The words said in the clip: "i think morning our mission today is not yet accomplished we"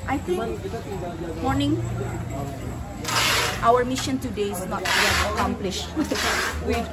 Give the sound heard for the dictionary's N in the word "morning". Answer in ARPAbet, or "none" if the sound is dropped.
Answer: N